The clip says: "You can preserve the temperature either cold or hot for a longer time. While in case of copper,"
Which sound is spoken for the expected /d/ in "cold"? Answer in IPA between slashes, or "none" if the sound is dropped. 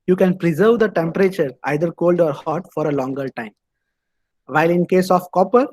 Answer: /d/